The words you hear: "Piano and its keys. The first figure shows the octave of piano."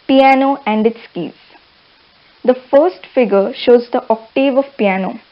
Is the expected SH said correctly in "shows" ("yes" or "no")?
yes